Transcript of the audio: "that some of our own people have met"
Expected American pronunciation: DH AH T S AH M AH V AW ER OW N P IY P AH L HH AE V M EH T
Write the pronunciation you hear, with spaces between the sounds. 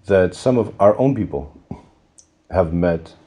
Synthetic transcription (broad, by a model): DH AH T S AH M AH V AW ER OW N P IY P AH L HH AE V M EH T